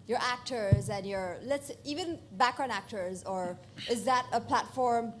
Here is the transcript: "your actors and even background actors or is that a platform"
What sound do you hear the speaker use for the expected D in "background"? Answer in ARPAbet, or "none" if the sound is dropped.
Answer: none